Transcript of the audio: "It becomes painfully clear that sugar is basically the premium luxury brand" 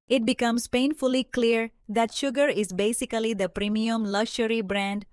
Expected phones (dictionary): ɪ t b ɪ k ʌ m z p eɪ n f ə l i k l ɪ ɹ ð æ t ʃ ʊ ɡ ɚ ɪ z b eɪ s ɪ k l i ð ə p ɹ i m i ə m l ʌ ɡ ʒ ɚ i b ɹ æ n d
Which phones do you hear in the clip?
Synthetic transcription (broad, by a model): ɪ t b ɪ k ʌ m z p eɪ n f ə l i k l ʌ ɹ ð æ t ʃ ʊ ɡ ɚ ɪ z b eɪ s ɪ k l i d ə p ɹ i m i ə m l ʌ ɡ ʃ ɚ i b ɹ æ n d